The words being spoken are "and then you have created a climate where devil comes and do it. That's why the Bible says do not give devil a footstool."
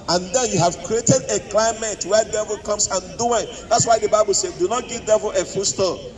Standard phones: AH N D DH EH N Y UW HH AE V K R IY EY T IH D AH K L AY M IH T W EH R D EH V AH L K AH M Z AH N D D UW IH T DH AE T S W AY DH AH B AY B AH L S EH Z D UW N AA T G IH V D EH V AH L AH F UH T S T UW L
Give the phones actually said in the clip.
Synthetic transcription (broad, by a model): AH N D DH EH N Y UW HH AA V K R IY EY T IH D AH K L AY M IH T W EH D EH V AH L K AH M S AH N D D UW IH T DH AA T S W AY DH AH B AY B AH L S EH D UW N AA T G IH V D EH V AH L AH F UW S T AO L